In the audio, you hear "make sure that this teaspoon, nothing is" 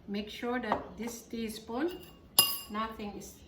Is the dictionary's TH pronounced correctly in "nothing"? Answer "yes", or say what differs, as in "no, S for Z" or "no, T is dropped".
no, T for TH